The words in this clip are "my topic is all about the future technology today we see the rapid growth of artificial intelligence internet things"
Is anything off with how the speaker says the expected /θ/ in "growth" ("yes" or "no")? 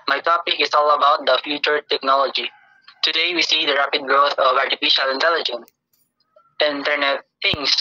yes